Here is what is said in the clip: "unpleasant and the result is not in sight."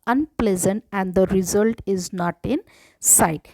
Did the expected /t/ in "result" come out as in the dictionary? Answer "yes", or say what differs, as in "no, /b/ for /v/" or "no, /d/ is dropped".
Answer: yes